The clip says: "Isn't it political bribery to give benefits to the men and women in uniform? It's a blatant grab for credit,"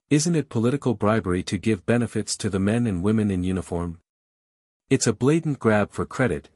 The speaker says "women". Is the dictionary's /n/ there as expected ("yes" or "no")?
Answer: yes